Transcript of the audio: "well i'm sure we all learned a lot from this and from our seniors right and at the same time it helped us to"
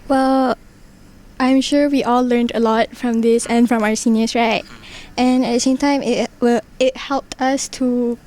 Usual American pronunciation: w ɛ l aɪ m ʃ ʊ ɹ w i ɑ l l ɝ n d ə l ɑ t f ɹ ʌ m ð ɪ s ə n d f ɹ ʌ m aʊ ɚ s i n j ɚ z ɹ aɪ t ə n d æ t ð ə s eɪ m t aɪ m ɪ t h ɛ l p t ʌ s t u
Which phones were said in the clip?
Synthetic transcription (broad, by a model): w ɛ l aɪ m ʃ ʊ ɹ w i ɑ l l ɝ n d ə l ɑ t f ɹ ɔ m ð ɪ s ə n f ɹ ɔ m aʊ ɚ s i n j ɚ s ɹ aɪ t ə n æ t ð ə s eɪ m t aɪ m ɪ t h ɛ l p t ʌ s t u